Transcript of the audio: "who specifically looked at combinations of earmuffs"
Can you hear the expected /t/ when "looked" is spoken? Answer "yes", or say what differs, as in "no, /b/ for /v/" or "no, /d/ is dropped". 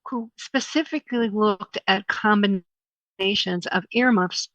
yes